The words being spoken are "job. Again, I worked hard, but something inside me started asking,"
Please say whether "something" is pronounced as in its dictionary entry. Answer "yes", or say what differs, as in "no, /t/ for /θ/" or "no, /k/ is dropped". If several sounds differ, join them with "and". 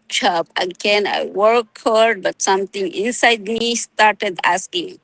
no, /t/ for /θ/